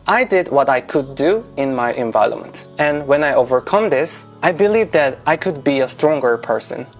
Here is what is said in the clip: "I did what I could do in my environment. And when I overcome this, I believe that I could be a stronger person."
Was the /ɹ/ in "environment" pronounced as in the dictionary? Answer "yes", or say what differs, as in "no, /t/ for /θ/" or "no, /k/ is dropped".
no, /ɹ/ is dropped